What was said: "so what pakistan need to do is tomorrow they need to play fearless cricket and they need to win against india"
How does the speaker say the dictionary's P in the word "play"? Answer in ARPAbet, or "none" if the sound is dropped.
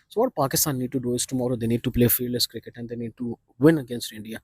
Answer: P